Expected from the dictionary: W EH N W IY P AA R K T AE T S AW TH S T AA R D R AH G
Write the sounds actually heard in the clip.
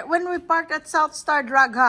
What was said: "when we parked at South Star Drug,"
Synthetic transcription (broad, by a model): W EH N W IY P AA R K T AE T S AW TH S T AA R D R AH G